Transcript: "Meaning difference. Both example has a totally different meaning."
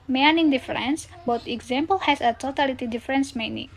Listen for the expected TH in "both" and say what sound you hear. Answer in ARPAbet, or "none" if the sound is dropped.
T